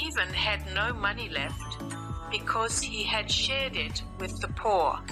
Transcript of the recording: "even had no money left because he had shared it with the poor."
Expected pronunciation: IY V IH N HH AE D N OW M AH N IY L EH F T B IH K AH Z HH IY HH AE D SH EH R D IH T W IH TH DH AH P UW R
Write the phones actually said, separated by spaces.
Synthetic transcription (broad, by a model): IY V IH N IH D N OW M AH N IY L EH F T B IH K AH Z HH IY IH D SH EH R D IH T W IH DH AH P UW R